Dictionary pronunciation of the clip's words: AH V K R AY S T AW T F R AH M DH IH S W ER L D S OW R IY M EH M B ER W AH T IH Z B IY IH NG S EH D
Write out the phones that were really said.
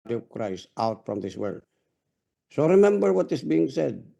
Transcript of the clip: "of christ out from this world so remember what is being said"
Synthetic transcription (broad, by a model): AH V K R AY S T AW T F R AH M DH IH S W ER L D S OW R IY M EH M B ER W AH T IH S B IY IH NG S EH D